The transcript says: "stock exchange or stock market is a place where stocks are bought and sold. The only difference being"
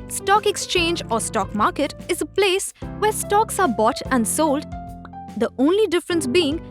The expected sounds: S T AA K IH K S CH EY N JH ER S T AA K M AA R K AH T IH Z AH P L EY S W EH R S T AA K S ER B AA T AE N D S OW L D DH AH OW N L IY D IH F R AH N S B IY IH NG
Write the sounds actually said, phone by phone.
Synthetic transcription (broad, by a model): S T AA K IH K S CH EY N JH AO S T AA K M AA R K AH T IH Z AH P L EY S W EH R S T AA K S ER B AA T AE N D S OW L D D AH OW N L IY D IH F R AH N S B IY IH NG